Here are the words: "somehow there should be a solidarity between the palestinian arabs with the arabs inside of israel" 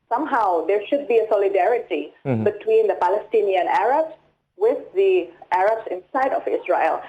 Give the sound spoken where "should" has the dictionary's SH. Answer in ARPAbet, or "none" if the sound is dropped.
SH